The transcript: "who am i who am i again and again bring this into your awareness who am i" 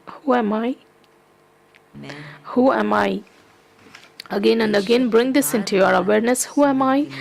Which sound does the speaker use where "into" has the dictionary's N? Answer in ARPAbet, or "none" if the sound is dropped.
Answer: N